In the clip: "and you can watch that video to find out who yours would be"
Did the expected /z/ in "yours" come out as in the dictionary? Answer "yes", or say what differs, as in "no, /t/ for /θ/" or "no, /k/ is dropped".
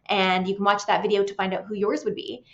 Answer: yes